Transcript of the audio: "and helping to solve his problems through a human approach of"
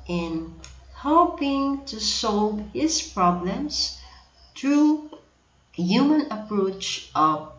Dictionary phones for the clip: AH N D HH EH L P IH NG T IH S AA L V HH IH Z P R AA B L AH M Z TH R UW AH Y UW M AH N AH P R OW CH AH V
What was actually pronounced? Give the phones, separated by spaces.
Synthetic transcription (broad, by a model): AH N HH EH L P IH NG T IH S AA L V HH IH Z P R AA B L AH M Z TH R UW Y UW M AH N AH P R OW CH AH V